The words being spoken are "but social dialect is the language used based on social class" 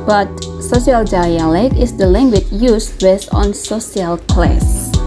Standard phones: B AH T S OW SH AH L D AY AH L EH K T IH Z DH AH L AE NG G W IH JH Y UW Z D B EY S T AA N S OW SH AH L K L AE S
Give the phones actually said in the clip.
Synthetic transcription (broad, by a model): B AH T S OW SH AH L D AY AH L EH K IH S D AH L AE NG G W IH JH Y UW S B EY S T AA N S OW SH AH L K L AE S